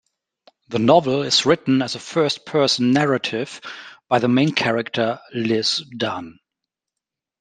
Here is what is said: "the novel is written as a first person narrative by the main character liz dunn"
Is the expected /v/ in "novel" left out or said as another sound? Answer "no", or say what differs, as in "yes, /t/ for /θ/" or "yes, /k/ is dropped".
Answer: no